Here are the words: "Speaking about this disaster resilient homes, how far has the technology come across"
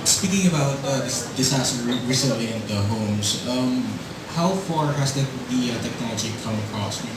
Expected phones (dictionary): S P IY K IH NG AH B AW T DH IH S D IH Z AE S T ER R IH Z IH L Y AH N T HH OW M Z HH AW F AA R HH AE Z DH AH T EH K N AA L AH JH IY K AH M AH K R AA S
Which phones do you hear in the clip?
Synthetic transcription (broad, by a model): S P IY K IH NG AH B AW T DH IH S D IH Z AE S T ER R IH S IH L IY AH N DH HH OW M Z HH AW F AA R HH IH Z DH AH T EH K N AA L AH JH IY K AH M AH K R AA S